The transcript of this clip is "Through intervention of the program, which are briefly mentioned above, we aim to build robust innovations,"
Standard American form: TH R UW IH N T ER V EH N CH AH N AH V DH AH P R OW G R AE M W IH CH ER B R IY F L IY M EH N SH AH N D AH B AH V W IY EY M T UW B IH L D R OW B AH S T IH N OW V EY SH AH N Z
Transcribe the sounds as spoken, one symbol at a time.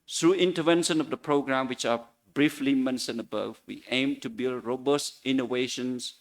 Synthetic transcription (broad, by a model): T R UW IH N T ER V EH N SH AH N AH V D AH P R OW G R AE M W IH CH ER B R IY F L IY M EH N S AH N AH B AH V W IY EY M T UW B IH L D R OW B AH S T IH N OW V EY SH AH N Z